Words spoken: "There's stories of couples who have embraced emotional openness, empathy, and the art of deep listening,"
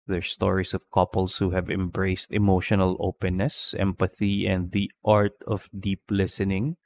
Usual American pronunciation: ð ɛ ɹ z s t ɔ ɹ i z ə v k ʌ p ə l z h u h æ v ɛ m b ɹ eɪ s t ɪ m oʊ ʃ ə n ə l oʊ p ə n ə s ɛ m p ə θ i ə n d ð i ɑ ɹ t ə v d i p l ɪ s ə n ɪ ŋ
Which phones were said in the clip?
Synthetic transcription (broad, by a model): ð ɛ ɹ s t ɔ ɹ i s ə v k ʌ p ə l s h u h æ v ɛ m b ɹ eɪ s t ɪ m oʊ ʃ ə n ə l oʊ p ə n ə s ɛ m p ə θ i ə n d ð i ɑ ɹ t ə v d i p l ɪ s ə n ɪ ŋ